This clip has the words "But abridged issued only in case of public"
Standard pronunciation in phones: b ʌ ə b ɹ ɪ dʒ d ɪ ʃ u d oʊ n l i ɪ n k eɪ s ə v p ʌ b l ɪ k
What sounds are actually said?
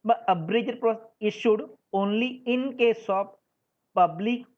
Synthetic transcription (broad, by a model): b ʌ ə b ɹ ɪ dʒ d ɪ ʃ u d oʊ n l i ɪ n k eɪ s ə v p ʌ b l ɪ k